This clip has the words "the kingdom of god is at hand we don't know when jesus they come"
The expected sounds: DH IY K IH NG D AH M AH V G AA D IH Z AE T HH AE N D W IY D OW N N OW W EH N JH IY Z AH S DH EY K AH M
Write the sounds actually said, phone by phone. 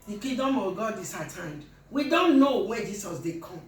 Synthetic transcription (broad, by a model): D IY K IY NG D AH M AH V G AA D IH S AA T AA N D W IY D OW N N OW W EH JH IY S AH S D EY K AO M